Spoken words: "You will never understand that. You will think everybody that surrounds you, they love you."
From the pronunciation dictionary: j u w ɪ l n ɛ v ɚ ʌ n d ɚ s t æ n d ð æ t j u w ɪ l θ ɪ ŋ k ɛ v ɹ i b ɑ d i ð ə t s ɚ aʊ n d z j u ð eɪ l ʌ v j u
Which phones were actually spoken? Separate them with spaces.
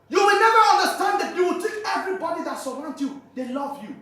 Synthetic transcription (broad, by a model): j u w ɪ l n ɛ v ɚ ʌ n d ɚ s t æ n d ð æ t j u w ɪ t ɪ k ɛ v ɹ i b ɑ d i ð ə t s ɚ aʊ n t j u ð eɪ l ʌ v j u